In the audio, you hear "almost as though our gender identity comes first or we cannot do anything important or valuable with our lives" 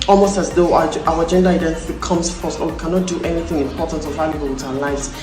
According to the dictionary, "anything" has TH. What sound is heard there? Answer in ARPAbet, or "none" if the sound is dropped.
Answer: TH